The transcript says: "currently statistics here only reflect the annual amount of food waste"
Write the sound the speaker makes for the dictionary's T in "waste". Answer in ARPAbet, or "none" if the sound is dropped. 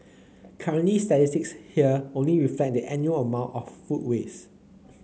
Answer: none